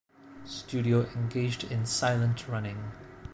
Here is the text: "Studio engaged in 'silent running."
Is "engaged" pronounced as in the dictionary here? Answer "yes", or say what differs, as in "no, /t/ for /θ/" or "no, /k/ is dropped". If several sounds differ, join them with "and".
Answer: yes